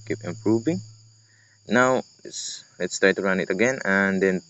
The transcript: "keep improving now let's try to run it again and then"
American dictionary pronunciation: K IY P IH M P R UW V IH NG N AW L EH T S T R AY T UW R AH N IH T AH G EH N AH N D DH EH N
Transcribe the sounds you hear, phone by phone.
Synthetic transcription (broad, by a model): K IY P IH M P R UW V IH NG N AW L EH T S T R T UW L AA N IH T AH G EH N AH N D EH N